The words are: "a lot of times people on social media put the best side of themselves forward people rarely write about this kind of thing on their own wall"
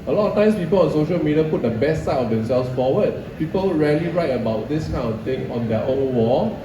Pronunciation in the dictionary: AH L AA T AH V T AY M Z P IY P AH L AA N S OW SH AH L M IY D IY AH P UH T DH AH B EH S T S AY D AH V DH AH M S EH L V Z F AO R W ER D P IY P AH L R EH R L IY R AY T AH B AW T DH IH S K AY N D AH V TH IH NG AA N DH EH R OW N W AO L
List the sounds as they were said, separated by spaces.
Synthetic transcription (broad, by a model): AH L AA T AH F T AY M S P IY P AH L AA N S OW SH AH L M IY D IY AH P UH T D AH B EH S T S AY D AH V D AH M S EH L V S F AO W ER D P IY P AH L R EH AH L IY R AY T AH B AW T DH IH S K AY N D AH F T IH NG AA N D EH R OW N W AO